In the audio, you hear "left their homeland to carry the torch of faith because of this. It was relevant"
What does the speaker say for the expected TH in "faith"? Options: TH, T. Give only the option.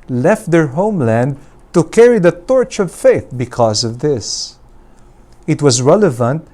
TH